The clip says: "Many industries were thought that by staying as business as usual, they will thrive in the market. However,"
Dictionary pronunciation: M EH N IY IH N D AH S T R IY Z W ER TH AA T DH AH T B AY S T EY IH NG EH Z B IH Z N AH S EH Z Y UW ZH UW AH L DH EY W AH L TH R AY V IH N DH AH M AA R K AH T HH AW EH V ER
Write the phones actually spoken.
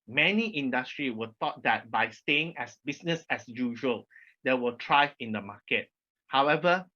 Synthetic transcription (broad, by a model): M EH N IY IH N D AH S T R IY W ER T AA T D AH T B AY S T EY IH NG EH S B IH S N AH S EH S Y UW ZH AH L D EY W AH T R AY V IH N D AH M AA K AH T HH AW EH V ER